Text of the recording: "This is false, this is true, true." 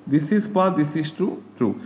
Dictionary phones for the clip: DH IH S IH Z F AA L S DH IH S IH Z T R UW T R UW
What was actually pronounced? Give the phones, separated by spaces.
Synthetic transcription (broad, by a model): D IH S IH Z P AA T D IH S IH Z T R UW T R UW